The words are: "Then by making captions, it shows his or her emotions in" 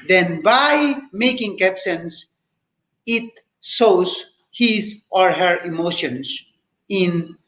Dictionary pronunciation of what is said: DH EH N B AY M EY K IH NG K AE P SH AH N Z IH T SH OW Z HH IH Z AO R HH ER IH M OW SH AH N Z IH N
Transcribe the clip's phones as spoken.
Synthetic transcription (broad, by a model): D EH N B AY M EY K IH NG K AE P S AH N S IH T S OW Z HH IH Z AO R HH ER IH M OW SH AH N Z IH N